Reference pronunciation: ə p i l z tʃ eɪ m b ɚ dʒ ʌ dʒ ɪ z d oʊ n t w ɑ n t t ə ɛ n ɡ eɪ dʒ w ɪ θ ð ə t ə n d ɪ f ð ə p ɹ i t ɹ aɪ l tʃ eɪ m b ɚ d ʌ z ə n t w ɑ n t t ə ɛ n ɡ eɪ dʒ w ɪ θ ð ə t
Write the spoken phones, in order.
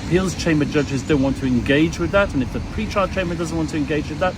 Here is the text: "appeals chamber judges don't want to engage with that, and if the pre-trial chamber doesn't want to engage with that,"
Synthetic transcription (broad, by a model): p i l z tʃ eɪ m b ɚ dʒ ʌ dʒ ɪ z d oʊ n t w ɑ n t t ə ɛ n ɡ eɪ dʒ w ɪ ð ə t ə n ɪ f ð ə p ɹ i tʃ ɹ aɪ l tʃ eɪ m b ɚ d ʌ z ə n t w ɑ n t t ə ɛ n ɡ eɪ dʒ w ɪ ð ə t